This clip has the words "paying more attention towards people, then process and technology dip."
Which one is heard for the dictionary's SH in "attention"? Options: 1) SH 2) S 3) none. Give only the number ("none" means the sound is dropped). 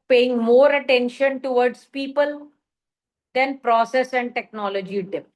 1